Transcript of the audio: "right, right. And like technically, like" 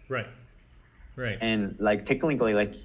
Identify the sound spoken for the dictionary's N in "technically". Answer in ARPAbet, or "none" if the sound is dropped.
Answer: L